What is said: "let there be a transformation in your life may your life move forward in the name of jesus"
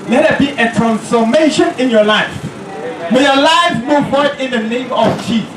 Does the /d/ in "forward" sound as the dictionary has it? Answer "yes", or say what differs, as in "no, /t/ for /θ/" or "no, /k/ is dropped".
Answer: no, /d/ is dropped